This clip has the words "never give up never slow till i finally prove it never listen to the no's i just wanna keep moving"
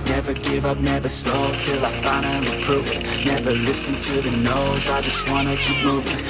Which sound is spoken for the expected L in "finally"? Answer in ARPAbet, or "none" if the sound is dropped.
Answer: N